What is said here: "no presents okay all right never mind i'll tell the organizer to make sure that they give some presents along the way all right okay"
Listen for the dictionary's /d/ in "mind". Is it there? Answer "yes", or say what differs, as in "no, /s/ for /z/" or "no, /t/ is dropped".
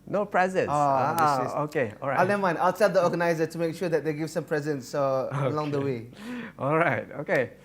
no, /d/ is dropped